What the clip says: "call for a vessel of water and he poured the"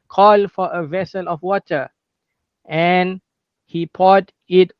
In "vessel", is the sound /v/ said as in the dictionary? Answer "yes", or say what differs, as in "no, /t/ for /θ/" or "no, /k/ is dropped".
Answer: yes